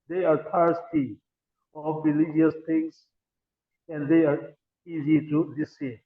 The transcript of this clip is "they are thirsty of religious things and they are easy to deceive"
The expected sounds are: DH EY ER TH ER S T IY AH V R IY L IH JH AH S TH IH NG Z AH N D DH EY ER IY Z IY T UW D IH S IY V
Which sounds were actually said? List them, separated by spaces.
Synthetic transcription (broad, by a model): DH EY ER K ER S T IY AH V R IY L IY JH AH S T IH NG S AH N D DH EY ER IY Z IY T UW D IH S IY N